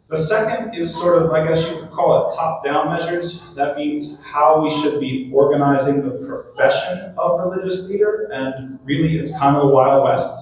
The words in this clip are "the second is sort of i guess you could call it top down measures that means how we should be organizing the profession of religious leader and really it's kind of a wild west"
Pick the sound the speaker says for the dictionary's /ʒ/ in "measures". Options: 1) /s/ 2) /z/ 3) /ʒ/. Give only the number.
3